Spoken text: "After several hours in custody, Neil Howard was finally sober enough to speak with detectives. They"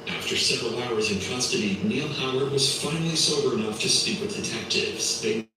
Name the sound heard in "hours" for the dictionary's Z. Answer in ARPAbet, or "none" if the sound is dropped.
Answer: Z